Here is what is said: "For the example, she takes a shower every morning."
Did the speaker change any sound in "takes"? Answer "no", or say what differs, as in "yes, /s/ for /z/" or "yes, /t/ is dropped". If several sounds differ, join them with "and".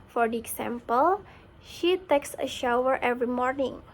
no